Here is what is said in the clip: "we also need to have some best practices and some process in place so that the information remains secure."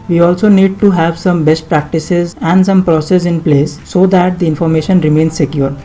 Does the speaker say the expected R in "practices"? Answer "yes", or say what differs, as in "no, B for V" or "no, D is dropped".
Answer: yes